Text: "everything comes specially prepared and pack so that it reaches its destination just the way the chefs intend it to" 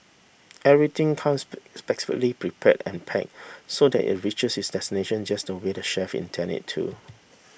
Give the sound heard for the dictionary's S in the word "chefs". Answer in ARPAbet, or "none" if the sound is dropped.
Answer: none